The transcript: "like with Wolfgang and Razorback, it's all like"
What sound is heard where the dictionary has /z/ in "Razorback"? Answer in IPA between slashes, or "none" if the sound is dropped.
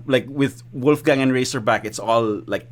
/s/